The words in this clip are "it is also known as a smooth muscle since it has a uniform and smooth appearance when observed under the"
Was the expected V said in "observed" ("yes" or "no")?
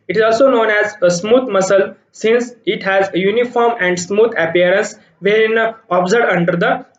no